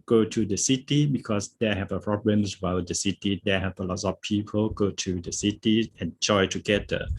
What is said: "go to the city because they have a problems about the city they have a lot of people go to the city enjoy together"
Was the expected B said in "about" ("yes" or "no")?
no